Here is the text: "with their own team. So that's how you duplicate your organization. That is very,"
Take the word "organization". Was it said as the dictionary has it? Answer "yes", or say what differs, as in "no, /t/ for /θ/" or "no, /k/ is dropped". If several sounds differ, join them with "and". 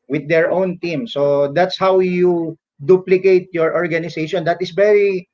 no, /s/ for /z/